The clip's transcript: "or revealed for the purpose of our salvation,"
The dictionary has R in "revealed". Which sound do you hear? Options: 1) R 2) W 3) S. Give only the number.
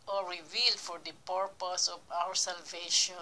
1